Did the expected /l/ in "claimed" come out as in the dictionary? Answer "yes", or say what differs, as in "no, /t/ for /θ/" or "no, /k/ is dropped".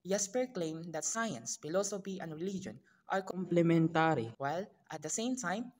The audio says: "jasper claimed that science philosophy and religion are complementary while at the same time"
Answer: yes